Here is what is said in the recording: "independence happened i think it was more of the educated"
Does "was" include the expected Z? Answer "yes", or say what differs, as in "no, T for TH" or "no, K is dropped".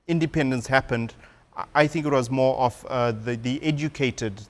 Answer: yes